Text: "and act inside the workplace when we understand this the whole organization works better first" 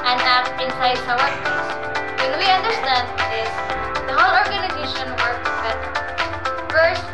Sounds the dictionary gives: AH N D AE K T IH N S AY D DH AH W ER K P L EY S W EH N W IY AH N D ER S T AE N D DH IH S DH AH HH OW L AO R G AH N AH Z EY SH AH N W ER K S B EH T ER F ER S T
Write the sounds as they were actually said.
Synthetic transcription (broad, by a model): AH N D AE T IH N S AY D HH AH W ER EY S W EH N W IY AH N D ER S T AE N D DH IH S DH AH HH OW L AO R G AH N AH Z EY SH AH N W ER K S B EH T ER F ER S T